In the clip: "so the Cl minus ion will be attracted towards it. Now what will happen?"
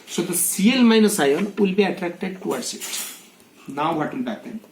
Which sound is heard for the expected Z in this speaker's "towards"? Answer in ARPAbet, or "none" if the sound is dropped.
S